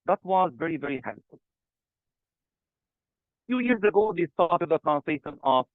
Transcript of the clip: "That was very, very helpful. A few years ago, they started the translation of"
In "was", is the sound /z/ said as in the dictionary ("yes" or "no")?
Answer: yes